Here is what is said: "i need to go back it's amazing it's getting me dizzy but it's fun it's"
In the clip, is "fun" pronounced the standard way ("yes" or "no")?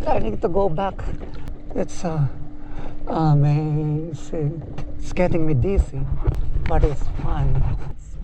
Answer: no